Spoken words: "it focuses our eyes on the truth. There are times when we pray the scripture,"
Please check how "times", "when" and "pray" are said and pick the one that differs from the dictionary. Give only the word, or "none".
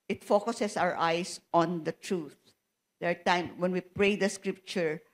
times